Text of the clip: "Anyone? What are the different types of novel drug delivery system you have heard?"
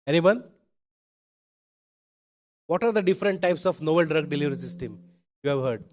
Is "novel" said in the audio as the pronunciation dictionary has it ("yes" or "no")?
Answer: no